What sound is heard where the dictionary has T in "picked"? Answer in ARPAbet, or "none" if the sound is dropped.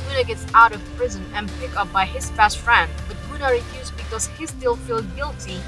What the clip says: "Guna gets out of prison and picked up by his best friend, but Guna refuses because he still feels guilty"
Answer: none